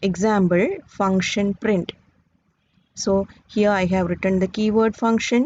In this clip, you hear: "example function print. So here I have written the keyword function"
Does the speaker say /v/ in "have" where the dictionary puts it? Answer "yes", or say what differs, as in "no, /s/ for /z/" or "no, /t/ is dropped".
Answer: yes